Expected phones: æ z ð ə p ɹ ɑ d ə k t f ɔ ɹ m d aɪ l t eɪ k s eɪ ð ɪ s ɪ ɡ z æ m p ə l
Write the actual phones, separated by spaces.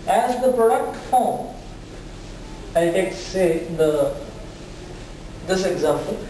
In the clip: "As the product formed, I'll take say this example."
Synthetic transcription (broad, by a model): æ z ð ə p ɹ ɑ d ə k t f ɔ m aɪ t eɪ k s eɪ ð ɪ s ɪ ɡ z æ m p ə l